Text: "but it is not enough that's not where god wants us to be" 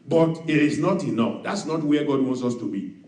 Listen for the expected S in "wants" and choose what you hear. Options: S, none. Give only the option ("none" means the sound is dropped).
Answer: S